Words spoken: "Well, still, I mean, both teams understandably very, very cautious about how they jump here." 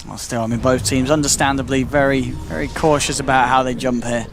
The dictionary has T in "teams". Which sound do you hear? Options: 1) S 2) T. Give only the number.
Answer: 2